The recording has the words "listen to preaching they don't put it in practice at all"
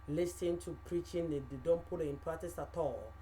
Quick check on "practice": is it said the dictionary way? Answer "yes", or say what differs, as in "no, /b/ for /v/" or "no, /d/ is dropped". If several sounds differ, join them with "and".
no, /k/ is dropped